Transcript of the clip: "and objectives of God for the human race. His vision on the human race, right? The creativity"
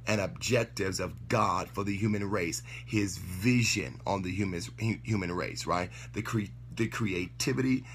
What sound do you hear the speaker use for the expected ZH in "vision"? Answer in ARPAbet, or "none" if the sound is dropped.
ZH